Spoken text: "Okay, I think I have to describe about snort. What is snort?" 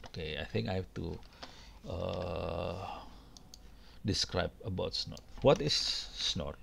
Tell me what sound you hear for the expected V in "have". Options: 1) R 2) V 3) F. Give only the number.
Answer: 3